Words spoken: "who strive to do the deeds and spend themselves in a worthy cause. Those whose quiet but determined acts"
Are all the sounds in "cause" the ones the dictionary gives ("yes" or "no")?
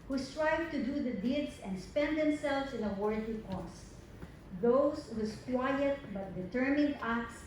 no